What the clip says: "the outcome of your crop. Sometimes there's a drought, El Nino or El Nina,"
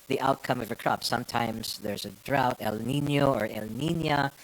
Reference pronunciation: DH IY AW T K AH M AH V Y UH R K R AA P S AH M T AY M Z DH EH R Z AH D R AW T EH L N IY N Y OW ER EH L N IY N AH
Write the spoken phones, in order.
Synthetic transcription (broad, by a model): DH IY AW T K AH M AH V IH K R AA P S AH M T AY M Z DH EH R Z AH D R AW T EH L N IY N Y OW ER EH L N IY N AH